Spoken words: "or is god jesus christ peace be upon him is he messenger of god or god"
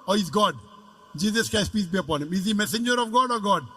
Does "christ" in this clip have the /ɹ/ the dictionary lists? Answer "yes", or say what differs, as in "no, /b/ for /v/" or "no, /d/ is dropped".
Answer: no, /ɹ/ is dropped